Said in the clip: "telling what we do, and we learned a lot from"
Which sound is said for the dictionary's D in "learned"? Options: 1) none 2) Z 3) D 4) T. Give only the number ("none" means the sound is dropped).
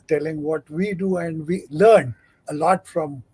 1